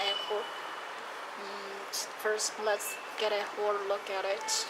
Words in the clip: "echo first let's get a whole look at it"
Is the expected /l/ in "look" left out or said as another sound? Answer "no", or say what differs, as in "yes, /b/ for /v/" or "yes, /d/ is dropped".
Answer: no